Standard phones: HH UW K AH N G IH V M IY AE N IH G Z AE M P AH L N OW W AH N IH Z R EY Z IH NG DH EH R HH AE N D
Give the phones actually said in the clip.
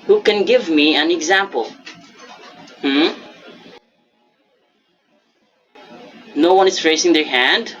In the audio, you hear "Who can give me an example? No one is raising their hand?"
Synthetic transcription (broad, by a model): HH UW K AH N G IH V M IY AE N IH G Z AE M P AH L N OW W AH N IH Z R EY S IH NG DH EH R HH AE N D